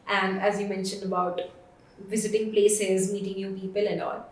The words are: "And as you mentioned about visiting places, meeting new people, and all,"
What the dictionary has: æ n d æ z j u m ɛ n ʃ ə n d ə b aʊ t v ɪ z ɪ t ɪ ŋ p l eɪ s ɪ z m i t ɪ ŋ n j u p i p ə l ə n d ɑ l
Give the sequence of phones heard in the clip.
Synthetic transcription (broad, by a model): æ n d æ z j u m ɛ n ʃ ə n d ə b aʊ t v ɪ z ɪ t ɪ ŋ p l eɪ s ɪ z m i t ɪ ŋ n j u p i p ə l ə n d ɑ l